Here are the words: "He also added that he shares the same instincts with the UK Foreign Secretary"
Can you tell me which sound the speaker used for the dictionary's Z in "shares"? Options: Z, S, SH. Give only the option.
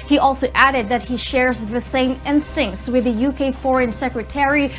Z